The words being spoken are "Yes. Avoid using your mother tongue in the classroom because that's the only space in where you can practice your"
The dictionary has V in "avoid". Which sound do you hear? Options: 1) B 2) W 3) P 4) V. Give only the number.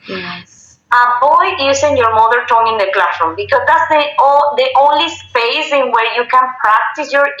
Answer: 1